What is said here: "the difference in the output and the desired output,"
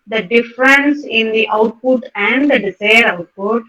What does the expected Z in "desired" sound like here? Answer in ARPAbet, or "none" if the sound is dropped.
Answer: S